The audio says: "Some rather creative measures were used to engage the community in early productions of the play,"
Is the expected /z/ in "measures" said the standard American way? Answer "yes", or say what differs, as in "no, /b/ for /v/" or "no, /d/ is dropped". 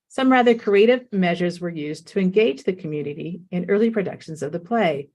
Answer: yes